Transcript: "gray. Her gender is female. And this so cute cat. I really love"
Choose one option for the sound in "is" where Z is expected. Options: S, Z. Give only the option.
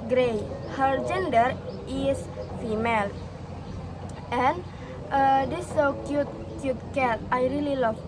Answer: S